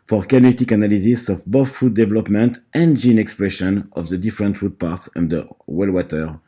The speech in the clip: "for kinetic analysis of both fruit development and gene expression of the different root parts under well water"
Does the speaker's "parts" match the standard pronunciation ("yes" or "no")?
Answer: yes